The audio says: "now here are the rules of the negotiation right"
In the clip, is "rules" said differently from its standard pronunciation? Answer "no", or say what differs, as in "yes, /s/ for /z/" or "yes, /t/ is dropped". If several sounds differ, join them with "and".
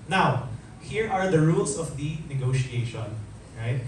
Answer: yes, /s/ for /z/